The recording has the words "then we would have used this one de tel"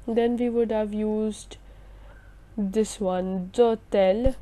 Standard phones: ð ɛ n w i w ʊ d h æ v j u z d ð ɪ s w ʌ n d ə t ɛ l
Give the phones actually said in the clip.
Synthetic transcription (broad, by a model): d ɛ n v i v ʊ d h æ v j u z d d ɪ s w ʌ n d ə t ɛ l